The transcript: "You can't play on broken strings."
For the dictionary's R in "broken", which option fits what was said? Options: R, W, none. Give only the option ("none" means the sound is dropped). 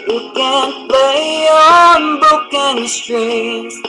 none